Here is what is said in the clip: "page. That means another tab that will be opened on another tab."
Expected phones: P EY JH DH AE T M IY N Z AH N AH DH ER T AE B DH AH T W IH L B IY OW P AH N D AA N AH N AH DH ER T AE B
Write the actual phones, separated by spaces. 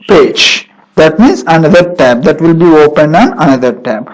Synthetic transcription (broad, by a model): P EY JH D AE T M IY N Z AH N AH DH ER T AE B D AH T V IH L B IY OW P AH N D AA N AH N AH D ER T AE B